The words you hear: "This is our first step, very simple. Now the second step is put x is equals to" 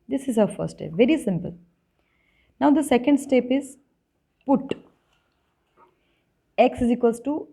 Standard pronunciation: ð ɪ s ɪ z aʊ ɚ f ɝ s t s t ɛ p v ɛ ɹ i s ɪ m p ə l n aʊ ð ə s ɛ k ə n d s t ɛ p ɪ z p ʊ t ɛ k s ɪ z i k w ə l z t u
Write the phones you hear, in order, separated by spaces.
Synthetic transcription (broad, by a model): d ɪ s ɪ z aʊ ɚ f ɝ t s t ɛ p v ɛ ɹ i s ɪ m p ə l n aʊ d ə s ɛ k ə n d s t ɛ p ɪ z p ʊ t ɛ k s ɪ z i k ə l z t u